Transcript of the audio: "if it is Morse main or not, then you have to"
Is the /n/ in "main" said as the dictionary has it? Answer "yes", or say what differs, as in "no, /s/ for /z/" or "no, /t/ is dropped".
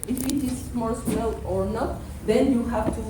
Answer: no, /l/ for /n/